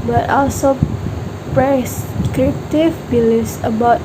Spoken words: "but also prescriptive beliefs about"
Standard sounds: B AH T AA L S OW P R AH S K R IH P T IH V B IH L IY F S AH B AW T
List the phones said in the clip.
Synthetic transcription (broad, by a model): B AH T AA L S OW P R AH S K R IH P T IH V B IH L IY S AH B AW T